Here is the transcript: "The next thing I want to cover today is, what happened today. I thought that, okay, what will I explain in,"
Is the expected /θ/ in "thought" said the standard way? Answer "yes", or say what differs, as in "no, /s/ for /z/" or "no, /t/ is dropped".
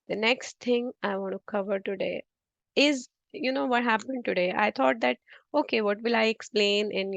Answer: no, /t/ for /θ/